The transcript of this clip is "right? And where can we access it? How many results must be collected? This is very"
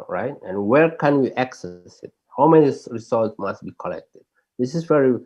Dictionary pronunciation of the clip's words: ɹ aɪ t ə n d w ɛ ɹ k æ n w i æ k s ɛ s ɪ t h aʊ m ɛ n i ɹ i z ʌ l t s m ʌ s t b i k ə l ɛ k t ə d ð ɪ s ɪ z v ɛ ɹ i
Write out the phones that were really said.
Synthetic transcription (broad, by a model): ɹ aɪ t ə n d w ɛ ɹ k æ n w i æ k s ɛ s ɪ t h aʊ m ɛ n i ɹ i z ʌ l t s m ʌ s t b i k ə l ɛ k t ə d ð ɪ s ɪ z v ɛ ɹ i